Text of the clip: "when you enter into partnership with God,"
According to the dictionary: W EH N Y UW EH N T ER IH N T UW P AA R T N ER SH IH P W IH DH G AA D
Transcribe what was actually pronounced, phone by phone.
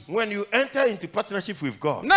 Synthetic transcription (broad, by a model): W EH N Y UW EH N T ER IH N T UW P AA T N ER SH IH P W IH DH G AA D